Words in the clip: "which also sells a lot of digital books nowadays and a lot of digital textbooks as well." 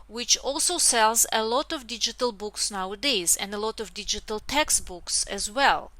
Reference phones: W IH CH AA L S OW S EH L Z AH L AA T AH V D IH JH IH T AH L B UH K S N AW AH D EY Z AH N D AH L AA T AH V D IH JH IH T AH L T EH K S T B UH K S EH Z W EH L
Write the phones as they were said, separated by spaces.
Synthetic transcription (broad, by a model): W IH CH AA L S OW S EH L Z AH L AA T AH V D IH JH IH T AH L B UH K S N AW AH D EY Z AH N D AH L AA T AH V D IH JH IH T AH L T EH K S T B UH K S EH Z W EH L